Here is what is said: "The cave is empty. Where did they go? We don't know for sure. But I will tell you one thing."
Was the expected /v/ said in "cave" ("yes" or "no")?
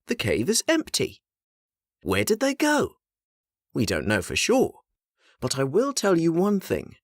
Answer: yes